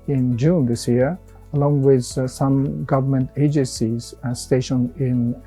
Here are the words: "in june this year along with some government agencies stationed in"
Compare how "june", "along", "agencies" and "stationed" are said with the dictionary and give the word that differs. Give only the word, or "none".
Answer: stationed